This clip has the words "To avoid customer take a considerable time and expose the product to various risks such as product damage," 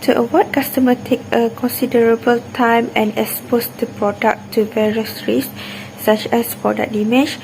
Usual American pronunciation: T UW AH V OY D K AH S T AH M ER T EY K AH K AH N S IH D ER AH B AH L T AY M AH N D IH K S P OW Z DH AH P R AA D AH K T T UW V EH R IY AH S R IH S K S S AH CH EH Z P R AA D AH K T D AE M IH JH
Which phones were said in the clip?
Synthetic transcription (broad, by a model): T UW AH W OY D K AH S T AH M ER T EY K AH K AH N S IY D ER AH B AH L T AY M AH N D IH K S P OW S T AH P R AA D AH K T T UW V EH R IY AH S R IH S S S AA CH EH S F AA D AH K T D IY M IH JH